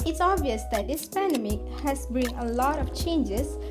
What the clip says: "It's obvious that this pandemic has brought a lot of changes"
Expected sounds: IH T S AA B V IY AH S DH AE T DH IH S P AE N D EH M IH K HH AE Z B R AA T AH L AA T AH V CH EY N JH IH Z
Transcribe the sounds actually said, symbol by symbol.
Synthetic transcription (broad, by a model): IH T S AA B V IY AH S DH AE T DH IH S P AE N D EH M IH K HH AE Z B IY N AH L AA T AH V CH EY N JH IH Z